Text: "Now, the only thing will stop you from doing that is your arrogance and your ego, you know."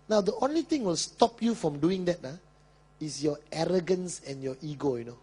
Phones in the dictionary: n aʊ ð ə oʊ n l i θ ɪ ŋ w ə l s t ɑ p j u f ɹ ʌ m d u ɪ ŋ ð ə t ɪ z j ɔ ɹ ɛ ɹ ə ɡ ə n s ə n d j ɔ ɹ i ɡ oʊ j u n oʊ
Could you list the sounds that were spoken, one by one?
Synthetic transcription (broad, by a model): n aʊ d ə oʊ n l i t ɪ ŋ w ə l s t ɑ p j u f ɹ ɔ m d u ɪ ŋ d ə t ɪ s j ɔ ɛ ɹ ə ɡ ə n s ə n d j ɔ i ɡ oʊ j u n oʊ